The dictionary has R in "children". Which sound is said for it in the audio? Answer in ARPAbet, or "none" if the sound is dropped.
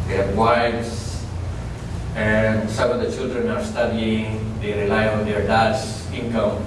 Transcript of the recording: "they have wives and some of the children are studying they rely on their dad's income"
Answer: R